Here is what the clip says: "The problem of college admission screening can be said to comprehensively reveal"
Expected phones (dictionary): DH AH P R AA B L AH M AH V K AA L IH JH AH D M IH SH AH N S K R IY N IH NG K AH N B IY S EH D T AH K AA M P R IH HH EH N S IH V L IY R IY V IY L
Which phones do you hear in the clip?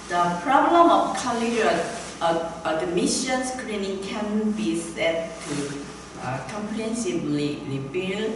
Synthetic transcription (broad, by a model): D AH P R AA B L AH M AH F K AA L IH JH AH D M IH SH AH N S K R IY N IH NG K AH N B IY S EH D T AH K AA M P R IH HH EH N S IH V L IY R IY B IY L